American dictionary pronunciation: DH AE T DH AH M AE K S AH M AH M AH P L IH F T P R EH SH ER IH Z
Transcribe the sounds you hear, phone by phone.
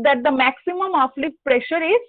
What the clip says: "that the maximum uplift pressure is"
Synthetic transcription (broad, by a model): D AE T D AH M AE K S AH M AH M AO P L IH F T P R EH SH ER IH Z